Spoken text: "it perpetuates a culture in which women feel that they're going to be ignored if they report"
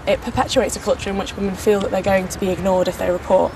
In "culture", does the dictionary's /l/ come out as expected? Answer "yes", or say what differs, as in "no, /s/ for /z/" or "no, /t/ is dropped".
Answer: yes